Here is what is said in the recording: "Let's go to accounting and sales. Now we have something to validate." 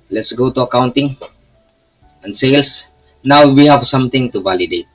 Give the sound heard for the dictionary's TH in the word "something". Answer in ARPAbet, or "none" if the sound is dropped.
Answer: T